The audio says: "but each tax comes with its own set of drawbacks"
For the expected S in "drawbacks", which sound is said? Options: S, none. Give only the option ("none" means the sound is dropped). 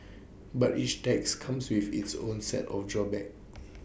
none